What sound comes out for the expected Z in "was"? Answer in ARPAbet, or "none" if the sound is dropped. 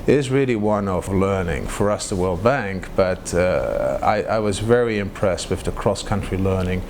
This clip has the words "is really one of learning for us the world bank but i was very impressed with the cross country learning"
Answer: Z